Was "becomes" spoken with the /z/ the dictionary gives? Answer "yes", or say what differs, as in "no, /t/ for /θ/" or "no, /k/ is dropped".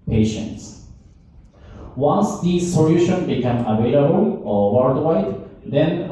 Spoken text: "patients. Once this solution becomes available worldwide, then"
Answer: no, /z/ is dropped